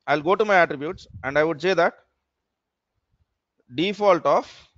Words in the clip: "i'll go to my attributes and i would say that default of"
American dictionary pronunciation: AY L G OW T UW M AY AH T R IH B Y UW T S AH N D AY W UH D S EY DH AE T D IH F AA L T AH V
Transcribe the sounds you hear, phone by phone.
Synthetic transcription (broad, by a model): AY L G OW T UW M AY AH T R IH B Y UW T S AH N D AY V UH D S EY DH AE T D IH F AA L T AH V